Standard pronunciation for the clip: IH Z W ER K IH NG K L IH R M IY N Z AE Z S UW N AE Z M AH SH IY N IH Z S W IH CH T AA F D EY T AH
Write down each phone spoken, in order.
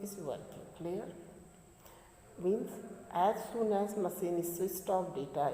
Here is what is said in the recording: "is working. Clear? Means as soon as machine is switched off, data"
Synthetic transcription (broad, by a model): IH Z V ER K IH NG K L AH R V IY N S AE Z S UW N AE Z M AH S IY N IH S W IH S T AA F D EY T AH